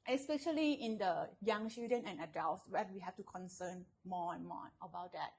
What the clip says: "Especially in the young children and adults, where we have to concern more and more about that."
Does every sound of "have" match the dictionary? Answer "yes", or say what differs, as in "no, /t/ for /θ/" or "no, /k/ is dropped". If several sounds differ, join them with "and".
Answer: no, /f/ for /v/